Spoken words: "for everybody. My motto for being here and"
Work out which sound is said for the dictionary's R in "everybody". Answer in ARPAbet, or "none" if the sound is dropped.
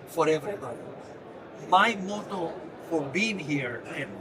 none